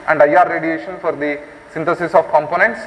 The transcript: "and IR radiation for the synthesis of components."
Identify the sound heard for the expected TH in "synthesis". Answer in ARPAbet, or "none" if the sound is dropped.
T